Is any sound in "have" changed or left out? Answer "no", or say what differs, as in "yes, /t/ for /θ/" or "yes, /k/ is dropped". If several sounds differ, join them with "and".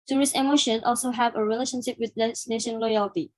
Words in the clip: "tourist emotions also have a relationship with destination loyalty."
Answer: no